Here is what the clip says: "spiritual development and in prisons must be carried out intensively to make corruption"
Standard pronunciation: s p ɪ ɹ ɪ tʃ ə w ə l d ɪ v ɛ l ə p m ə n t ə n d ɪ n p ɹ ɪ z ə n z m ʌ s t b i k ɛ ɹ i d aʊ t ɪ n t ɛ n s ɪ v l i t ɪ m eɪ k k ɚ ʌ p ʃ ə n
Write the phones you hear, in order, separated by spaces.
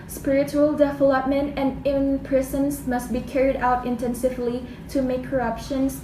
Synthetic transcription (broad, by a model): s p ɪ ɹ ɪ tʃ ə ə l d ɪ v ɛ l ə p m ə n t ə n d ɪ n p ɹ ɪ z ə n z m ʌ s t b i k ɛ ɹ i d aʊ t ɪ n t ɛ n s ɪ v l i t ɪ m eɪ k k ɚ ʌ p ʃ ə n